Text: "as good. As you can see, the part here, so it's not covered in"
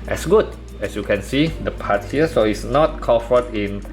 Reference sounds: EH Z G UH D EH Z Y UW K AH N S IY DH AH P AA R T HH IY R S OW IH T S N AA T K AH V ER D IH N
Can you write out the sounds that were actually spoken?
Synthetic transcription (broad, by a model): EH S G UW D EH S Y UW K AH N S IY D AH P AA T HH IY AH S OW IH T S N AA T K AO F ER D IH N